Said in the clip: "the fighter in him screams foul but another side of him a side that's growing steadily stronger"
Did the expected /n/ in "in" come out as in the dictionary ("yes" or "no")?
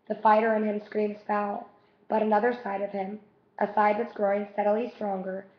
yes